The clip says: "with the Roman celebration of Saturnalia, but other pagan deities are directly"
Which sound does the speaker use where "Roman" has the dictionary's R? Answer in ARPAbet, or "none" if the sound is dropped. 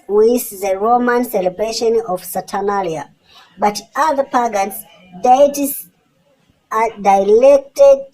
R